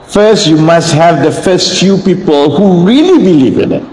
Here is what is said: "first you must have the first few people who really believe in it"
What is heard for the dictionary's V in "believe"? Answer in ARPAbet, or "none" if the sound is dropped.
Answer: V